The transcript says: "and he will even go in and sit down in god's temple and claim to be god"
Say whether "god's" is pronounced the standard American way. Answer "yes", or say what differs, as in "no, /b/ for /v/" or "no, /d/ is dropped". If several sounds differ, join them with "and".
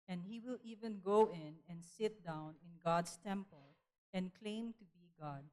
no, /s/ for /z/